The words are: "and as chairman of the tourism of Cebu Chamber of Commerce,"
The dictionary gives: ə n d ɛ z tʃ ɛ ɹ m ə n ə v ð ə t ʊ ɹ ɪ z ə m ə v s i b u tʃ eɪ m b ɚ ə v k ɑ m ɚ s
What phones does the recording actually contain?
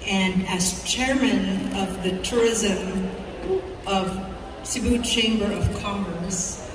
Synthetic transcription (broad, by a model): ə n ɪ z tʃ ɛ ɹ m ə n ə v ð ə t ʊ ɹ ɪ z ə m ə v s i b u tʃ eɪ m b ɚ ə v k ɑ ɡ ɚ s